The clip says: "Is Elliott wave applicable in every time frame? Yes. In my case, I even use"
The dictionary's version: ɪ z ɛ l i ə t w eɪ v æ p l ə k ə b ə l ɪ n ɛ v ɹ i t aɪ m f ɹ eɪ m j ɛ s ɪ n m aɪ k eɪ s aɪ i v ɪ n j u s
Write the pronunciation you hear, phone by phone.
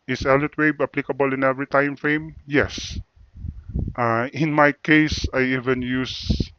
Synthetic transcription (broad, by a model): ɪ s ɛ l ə t w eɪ b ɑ p l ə k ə b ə l ɪ n ɛ v ɹ i t aɪ m f ɹ eɪ m j ɛ s ɪ n m aɪ k eɪ s aɪ i v ɪ n j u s